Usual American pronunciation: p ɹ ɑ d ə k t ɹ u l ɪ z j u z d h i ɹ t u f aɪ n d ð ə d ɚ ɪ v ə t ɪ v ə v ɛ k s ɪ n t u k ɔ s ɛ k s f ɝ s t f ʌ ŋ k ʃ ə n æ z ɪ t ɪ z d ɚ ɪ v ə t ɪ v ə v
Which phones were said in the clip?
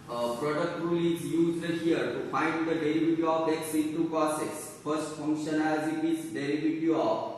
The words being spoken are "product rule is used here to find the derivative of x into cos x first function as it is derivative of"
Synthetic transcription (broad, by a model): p ɹ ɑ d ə k t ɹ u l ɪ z j u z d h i ɹ t u f aɪ n d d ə d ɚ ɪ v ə t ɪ ə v ɛ k s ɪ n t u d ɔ s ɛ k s f ɝ s t f ʌ ŋ k ʃ ə n æ z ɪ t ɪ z d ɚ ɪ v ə t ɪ ə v